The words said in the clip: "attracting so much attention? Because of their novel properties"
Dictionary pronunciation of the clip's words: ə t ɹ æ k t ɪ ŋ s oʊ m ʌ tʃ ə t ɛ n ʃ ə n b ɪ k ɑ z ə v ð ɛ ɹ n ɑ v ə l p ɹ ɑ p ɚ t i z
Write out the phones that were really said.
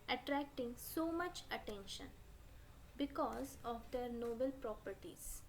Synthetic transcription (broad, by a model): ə t ɹ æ k t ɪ ŋ s oʊ m ʌ tʃ ə t ɛ n ʃ ə n b ɪ k ɑ z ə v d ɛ ɹ n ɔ b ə l p ɹ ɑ p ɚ t i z